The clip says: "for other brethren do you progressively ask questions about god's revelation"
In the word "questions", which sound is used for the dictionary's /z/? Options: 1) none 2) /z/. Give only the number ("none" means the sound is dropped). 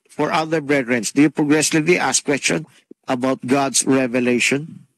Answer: 1